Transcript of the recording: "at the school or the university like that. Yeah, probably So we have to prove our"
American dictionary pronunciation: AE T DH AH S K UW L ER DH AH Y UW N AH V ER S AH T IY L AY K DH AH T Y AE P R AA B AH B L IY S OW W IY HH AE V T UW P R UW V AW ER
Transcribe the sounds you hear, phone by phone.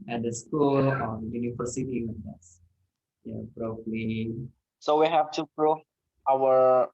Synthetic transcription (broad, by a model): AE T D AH S K UW L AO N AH Y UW N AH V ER S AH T IY W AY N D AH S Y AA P R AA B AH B L IY S OW W IY HH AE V T UW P R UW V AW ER